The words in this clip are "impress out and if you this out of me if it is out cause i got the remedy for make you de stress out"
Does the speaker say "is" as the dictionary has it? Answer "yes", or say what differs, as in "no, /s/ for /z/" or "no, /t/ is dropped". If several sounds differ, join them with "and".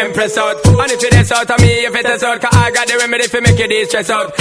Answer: no, /s/ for /z/